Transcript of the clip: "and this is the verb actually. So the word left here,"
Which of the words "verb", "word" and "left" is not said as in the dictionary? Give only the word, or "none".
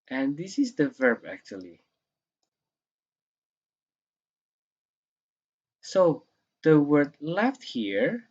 none